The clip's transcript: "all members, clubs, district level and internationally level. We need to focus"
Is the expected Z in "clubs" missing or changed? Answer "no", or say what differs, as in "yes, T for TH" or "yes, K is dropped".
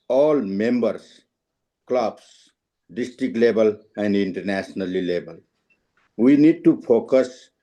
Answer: yes, S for Z